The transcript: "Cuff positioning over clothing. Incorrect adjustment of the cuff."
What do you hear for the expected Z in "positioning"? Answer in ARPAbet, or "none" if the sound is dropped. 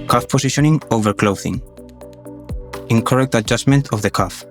S